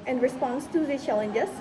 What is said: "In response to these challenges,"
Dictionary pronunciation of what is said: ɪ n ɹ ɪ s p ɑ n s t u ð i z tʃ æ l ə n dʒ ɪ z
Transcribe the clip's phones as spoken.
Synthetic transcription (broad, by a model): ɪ n ɹ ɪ s p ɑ n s t u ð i tʃ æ l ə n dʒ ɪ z